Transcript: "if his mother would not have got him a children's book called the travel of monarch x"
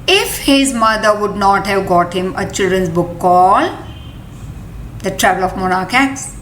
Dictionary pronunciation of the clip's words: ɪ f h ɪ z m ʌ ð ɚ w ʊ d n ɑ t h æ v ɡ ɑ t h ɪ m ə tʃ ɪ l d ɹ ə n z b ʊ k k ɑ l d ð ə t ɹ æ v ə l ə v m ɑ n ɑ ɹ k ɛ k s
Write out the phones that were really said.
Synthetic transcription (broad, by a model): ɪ f h ɪ z m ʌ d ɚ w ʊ d n ɑ t h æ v ɡ ɑ t h ɪ m ə tʃ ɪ l d ɹ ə n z b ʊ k k ɑ l d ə t ɹ æ v ə l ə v m ɑ n ɑ ɹ k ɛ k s